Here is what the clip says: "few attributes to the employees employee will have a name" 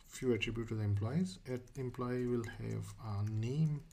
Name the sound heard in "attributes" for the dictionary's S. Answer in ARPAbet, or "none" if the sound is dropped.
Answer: none